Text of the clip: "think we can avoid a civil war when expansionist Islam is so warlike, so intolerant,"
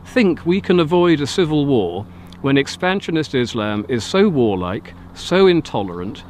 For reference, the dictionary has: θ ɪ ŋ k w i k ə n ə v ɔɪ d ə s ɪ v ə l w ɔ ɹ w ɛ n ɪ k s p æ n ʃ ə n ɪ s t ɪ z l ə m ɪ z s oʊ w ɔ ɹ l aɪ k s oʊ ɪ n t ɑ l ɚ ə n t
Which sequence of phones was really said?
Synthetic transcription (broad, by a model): θ ɪ ŋ k w i k ə n ə v ɔɪ d ə s ɪ v ə l w ɔ ɹ w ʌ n ɪ k s p æ n ʃ ə n ɪ s t ɪ z l ə m ɪ z s oʊ w ɔ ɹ l aɪ k s oʊ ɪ n t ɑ l ɚ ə n t